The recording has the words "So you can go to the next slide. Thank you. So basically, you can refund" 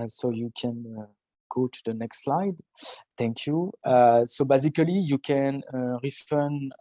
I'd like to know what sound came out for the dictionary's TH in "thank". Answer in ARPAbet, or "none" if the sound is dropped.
T